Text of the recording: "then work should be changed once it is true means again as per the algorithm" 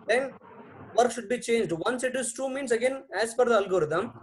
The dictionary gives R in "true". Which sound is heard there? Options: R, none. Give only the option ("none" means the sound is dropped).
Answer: none